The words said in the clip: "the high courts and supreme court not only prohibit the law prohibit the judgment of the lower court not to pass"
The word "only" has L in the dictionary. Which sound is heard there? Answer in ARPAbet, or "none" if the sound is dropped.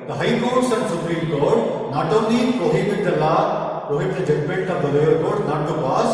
none